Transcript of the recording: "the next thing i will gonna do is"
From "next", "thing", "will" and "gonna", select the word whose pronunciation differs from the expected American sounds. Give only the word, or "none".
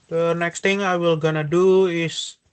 thing